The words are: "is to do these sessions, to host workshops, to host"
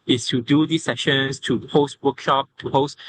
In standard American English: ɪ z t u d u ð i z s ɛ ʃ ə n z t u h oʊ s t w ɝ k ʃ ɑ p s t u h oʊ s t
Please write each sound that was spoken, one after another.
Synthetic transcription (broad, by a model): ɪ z t u d u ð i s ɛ ʃ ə n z t u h oʊ s t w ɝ k ʃ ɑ p t u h oʊ s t